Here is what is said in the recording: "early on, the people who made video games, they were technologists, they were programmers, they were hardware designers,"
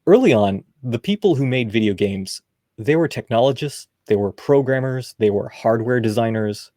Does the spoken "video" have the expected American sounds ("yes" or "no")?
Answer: yes